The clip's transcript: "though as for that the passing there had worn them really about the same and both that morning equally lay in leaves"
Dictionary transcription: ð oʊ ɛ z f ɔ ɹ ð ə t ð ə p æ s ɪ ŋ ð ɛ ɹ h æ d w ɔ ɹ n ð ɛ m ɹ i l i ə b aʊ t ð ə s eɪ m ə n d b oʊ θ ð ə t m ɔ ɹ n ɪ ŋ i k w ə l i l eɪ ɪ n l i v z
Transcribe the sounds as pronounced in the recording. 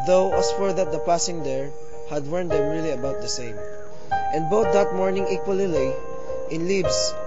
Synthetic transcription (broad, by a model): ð oʊ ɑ s f ɔ ɹ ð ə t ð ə p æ s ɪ ŋ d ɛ ɹ h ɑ d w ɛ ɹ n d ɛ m ɹ i l i ə b aʊ t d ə s eɪ m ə n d b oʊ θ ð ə t m ɔ ɹ n ɪ ŋ i k w ə l i l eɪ ɪ n l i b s